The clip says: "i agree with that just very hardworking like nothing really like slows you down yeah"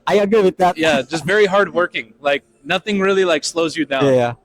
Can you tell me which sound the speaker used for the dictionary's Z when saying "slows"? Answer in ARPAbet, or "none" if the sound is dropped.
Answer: Z